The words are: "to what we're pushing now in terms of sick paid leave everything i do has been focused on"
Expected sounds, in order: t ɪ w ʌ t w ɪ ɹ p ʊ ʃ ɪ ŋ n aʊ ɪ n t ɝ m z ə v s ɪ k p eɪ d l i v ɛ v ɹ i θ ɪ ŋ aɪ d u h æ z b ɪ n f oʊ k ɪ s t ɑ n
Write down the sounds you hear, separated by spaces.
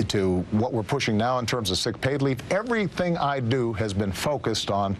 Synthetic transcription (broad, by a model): t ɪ w ʌ t w ɪ ɹ p ʊ ʃ ɪ ŋ n aʊ ɪ n t ɝ m z ə v s ɪ k p eɪ d l i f ɛ v ɹ i θ ɪ ŋ aɪ d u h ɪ z b ɪ n f oʊ k ɪ s t n